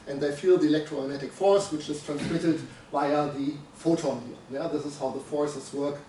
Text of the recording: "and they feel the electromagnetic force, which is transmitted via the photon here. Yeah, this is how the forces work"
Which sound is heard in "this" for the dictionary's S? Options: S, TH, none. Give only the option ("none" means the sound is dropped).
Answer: S